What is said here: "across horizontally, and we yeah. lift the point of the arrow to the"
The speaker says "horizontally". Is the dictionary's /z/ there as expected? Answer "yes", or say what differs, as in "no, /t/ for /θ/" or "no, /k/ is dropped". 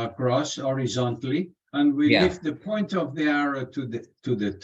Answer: yes